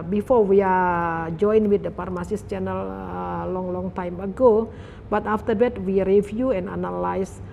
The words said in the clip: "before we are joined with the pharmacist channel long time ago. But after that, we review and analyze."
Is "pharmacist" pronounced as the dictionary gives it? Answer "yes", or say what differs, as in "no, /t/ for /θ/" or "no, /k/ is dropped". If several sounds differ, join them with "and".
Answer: no, /p/ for /f/